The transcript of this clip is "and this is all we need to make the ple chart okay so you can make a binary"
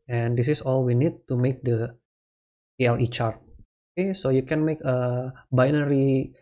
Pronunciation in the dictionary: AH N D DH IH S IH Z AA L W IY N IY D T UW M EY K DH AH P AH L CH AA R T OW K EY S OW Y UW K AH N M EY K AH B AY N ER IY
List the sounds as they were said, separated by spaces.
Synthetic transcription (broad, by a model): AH N D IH S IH S AA L W IY N IY D T UW M EY K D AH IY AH L CH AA R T OW K EY S OW Y UW K AH N M EY K AH B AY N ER IY